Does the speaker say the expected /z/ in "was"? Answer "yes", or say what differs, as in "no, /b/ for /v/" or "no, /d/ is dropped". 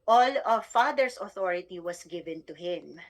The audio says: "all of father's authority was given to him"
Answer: no, /s/ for /z/